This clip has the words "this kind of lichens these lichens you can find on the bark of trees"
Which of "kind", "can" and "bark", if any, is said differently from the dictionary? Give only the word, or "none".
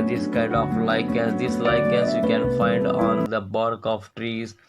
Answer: none